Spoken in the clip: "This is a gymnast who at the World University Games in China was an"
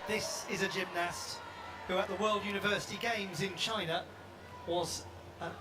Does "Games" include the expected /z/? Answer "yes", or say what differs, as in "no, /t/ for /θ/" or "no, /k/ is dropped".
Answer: yes